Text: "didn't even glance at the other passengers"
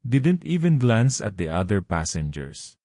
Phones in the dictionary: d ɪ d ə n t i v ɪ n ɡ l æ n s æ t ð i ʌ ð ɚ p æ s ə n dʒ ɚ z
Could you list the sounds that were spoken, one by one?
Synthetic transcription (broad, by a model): d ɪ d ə n t i v ɪ n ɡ l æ n s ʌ t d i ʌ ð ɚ p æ s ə n dʒ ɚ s